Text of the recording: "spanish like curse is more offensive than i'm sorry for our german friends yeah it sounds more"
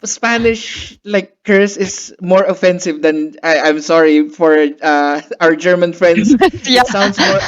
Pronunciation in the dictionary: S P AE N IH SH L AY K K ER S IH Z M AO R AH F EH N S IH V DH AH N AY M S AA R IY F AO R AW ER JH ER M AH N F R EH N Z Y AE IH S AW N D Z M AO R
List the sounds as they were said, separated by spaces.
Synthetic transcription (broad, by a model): S P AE N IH SH L AY K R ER S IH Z M AO R AH F EH N S IH V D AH N AY M S AA R IY F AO R AW ER JH ER M AH N F R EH N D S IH S AW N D S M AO